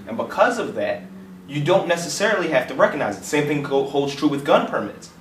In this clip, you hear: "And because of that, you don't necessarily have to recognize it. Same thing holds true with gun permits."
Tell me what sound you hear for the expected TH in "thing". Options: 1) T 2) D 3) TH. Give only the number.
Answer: 3